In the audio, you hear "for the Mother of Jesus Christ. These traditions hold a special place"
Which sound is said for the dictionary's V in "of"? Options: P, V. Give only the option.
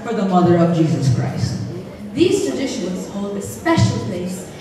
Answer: V